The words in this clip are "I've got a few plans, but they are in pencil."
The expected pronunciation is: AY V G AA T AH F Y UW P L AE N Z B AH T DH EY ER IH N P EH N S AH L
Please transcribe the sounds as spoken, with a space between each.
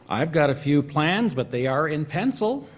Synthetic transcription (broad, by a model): AY V G AA T AH F Y UW P L AE N Z B AH T DH EY ER IH N P EH N S L